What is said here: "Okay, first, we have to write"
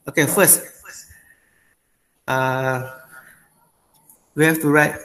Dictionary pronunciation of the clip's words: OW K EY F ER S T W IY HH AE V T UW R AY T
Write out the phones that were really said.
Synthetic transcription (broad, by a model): OW K EY F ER S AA W IY HH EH F T UW R AY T